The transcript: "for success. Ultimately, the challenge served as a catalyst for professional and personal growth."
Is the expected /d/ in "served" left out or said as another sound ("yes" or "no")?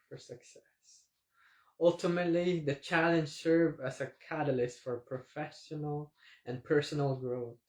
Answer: yes